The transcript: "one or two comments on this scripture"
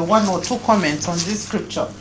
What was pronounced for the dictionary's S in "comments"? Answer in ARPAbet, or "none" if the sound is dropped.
S